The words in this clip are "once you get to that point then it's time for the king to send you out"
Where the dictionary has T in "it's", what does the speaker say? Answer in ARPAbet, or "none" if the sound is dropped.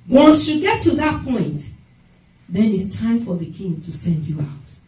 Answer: T